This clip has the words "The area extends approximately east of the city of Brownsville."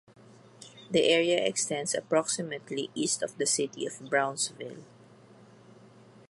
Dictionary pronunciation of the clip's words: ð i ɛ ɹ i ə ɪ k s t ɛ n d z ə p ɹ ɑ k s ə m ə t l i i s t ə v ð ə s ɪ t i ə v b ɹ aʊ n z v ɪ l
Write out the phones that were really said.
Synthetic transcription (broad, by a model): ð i ɛ ɹ i ə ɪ k s t ɛ n d s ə p ɹ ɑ k s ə m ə t l i i s t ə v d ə s ɪ t i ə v b ɹ aʊ n s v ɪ l